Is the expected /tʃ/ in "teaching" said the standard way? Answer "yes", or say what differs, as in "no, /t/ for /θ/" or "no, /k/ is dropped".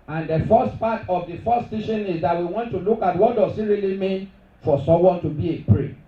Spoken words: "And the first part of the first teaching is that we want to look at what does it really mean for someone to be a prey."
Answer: no, /ʃ/ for /tʃ/